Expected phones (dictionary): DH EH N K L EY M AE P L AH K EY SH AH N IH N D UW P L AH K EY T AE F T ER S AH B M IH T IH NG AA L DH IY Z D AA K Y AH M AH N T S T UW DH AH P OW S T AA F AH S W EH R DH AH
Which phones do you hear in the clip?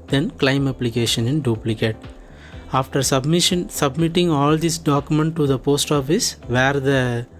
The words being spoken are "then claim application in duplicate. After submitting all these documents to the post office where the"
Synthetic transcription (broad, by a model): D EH N K L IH M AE P L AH K EY SH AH N IH N D UW P L AH K EY T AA F T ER S AH B M IH T IH NG AA L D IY S D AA K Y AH M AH N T T UW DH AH P OW S T AA F AH S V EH R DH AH